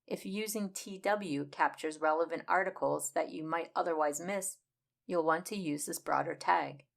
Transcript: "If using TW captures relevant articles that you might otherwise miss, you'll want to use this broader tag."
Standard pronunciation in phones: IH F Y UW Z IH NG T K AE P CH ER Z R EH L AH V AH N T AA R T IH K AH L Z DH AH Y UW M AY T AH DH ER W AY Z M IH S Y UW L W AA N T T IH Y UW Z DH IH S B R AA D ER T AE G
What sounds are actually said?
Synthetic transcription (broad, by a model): IH F Y UW Z IH NG T K AE P CH ER Z R EH L AH V AH N T AA R T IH K L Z DH AH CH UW M AY T AH DH ER W AY Z M IH S Y UW L W AA N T T IH Y UW Z DH IH S B R AA D ER T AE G